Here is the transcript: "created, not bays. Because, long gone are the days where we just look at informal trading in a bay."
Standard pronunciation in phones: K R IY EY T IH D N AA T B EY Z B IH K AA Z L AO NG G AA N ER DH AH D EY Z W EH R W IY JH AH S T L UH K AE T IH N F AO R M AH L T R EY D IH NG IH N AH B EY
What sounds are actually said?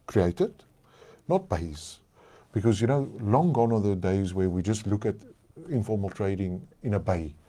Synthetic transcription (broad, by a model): K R IY EY T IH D N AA T B EY Z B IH K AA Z L AO NG G AA N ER DH AH D EY Z W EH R W IY JH AH S T L UH K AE T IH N F AO R M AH L T R EY D IH NG IH N AH B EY